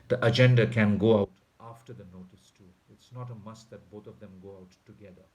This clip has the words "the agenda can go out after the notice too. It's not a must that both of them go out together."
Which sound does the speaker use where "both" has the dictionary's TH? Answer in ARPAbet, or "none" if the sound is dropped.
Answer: T